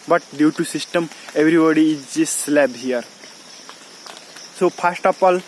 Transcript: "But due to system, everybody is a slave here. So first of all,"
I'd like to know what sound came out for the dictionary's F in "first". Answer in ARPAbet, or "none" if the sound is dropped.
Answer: P